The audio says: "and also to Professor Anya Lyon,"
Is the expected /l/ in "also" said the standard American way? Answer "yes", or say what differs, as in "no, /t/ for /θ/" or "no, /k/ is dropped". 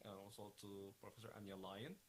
no, /w/ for /l/